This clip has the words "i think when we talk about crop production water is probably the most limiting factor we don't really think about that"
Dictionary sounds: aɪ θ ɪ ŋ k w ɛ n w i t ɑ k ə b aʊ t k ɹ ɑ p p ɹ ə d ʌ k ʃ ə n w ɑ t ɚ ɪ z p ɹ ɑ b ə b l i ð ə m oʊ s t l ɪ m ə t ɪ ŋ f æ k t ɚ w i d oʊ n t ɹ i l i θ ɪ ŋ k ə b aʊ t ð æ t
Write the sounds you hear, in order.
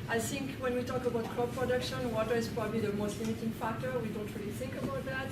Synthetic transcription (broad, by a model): aɪ θ ɪ ŋ k w ɛ n w i t ɑ k ə b aʊ t k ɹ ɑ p p ɹ ə d ʌ k ʃ ə n w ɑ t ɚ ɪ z p ɹ ɑ b ə b l i ð ə m oʊ s t l ɪ m ə t ɪ ŋ f æ k t ɚ w i d oʊ n t ɹ i l i θ ɪ ŋ k ə b aʊ t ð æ t